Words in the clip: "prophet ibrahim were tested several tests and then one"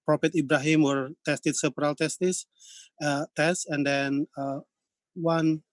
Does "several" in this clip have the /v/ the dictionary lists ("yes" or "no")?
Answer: no